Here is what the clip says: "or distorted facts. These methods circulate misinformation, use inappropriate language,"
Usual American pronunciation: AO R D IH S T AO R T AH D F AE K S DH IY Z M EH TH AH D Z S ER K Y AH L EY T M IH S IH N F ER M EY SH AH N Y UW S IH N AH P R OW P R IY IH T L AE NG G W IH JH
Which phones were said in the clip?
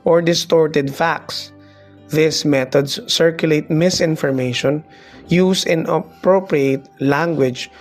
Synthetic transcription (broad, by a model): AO R D IH S T AO R T AH D F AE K S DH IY S M EH T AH D S ER K Y AH L EY T M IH S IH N F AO M EY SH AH N Y UW S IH N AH P R OW P R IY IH T L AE NG G W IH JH